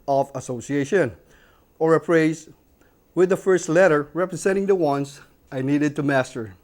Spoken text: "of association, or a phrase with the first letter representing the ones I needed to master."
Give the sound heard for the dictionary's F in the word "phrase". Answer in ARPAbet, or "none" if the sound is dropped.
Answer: P